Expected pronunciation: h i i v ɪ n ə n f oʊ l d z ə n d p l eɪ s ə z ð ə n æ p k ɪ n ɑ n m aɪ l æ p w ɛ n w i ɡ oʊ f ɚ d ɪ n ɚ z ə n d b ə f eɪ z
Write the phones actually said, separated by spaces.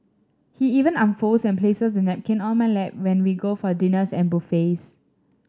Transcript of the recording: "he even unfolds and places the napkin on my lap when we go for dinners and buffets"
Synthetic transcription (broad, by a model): h i i v ɪ n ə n f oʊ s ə n p l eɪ s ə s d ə n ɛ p k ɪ n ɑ l m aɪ l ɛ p w ɛ n w i ɡ oʊ f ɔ d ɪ n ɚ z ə n b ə f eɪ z